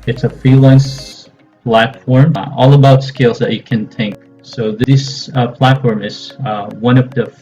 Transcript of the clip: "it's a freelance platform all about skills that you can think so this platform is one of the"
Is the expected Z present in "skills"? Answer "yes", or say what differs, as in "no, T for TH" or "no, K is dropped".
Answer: yes